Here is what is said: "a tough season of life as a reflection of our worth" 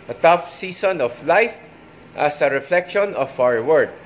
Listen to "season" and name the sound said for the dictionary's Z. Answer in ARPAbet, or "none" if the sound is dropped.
S